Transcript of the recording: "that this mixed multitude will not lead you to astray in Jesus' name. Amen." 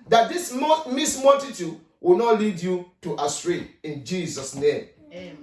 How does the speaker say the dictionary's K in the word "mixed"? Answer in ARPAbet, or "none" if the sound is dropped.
none